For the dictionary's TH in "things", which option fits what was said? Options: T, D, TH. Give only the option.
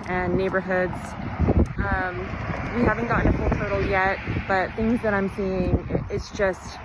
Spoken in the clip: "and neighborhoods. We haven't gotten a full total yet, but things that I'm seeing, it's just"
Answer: TH